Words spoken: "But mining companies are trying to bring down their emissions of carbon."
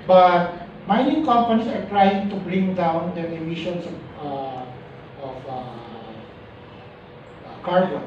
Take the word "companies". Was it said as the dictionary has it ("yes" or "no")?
no